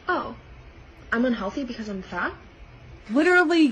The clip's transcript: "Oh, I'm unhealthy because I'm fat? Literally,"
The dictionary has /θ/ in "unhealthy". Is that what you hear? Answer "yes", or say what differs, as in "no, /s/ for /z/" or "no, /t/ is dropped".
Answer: yes